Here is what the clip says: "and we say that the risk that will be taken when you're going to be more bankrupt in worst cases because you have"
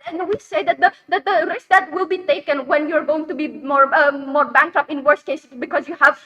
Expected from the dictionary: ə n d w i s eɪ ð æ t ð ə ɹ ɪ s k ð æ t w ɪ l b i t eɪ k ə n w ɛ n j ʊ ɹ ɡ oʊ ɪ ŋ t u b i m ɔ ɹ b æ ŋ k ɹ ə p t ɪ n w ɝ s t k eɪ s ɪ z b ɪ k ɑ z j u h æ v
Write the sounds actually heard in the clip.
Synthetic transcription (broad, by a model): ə n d w i s eɪ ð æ t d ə ɹ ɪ s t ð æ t w ɪ l b i t eɪ k ə n w ɛ n j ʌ ɹ ɡ oʊ ɪ ŋ t u b i m ɔ ɹ b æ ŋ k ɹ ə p ɪ n w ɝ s k eɪ s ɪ b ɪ k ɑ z j u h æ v